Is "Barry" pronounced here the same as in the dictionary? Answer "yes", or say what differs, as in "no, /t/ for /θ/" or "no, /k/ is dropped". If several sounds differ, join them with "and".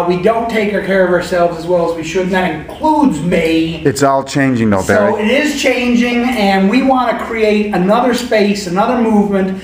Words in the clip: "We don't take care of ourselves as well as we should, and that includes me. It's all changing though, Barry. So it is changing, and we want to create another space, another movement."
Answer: no, /ɹ/ is dropped